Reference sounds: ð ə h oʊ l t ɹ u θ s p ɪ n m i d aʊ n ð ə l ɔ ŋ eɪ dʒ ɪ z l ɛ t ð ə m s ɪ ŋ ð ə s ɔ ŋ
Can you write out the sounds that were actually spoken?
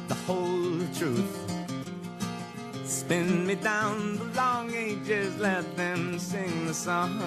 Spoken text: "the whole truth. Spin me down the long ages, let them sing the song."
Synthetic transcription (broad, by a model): ð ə h oʊ l t ɹ u θ s p ɪ n m i d aʊ n ð ə l ɔ ŋ eɪ dʒ ɪ z l ɛ t ð ə m s ɪ ŋ ð ə s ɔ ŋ